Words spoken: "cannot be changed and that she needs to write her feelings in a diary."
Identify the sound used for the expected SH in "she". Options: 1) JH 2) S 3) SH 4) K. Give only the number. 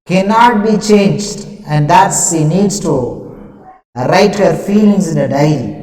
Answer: 2